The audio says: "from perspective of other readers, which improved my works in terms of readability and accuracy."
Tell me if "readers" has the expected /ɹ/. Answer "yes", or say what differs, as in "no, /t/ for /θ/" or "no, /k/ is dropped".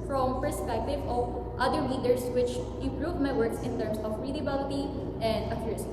no, /l/ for /ɹ/